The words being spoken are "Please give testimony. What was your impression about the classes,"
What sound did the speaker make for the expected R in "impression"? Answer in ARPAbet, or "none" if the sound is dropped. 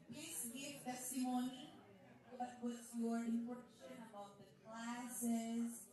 none